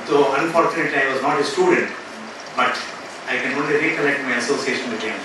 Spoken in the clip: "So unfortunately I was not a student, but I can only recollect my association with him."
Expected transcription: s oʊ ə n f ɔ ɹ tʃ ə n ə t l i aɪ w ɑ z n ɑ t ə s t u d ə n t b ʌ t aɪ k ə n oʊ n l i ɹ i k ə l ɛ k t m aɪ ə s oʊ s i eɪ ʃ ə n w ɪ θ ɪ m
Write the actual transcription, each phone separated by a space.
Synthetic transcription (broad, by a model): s oʊ ə n f ɔ ɹ tʃ ə n ə t l i aɪ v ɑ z n ɑ t ə s t u d ə n t b ʌ t aɪ k ə n oʊ n l i ɹ i k ə l ɛ k t m aɪ ə s oʊ s i eɪ ʃ ə n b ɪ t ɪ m